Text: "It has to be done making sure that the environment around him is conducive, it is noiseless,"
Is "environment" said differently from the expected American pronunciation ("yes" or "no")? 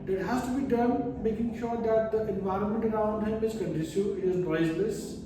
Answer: no